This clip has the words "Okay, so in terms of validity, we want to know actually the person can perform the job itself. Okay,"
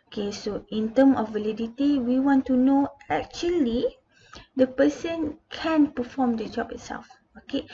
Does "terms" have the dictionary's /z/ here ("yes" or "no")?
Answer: no